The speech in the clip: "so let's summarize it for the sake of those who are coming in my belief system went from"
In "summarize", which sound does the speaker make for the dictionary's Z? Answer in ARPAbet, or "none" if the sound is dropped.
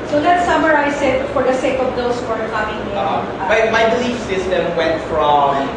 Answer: S